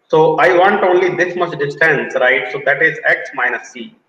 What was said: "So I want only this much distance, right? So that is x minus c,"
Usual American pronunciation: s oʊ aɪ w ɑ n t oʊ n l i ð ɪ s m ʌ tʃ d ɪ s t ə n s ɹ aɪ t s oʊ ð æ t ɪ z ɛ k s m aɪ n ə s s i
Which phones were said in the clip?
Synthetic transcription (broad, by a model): s oʊ aɪ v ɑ n t oʊ n l i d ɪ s m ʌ s d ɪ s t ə n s ɹ aɪ t s oʊ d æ t ɪ z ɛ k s m aɪ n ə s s i